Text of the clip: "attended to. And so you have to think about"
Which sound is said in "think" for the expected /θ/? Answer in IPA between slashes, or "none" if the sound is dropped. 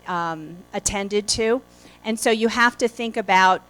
/θ/